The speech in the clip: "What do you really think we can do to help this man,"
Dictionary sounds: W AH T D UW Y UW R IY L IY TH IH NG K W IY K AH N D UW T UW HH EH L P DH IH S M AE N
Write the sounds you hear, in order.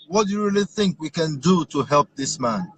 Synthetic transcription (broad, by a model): W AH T D UW Y UW R IY L IY TH IH NG K W IY K AH N D UW T UW HH EH L P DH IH S M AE N